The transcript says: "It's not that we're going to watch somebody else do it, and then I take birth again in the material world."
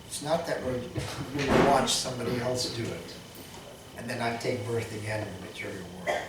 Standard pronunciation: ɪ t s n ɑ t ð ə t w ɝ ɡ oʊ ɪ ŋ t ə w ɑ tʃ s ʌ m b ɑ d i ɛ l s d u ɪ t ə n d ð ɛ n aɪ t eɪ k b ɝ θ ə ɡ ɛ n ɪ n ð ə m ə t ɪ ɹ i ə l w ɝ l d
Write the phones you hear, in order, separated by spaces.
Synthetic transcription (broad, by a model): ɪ t s n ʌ t ð ə t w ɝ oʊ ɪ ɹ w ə w ɑ tʃ s ʌ m b ɑ d i ɛ l s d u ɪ t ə n ð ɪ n aɪ t eɪ k b ɝ θ ə ɡ ɛ n ɪ n ð ə m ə t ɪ ɹ i l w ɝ